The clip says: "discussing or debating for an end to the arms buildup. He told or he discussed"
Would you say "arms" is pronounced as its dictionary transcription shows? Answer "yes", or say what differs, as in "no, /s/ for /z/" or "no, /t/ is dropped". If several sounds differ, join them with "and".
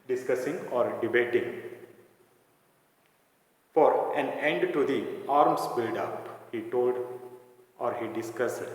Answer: no, /s/ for /z/